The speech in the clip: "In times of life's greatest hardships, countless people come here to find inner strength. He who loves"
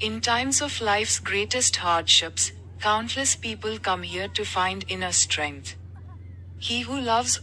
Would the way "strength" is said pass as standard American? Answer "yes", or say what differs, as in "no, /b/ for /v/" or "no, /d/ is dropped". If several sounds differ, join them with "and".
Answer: no, /t/ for /θ/